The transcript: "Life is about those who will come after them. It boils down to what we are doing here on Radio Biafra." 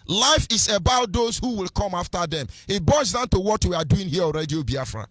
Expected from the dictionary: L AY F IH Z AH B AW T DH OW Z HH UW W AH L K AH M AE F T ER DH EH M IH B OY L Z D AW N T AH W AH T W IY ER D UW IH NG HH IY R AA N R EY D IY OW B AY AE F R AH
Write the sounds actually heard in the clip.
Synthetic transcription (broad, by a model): L AY F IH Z AH B AW T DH OW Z HH UW W AH L K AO M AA F T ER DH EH M IH B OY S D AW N T AH W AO T W IY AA D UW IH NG HH IY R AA L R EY D IY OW B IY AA F R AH